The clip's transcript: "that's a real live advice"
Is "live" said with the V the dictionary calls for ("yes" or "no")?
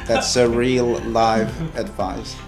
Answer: yes